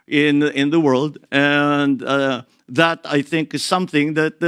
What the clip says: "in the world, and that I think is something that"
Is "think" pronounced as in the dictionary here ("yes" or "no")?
yes